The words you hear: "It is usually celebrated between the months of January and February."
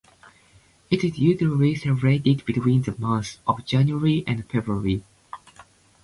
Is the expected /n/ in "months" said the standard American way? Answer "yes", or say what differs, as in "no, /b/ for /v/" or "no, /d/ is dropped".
no, /n/ is dropped